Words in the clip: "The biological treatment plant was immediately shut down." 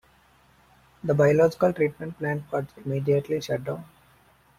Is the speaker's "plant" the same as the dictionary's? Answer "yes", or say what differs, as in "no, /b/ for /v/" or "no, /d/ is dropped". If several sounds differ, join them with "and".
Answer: yes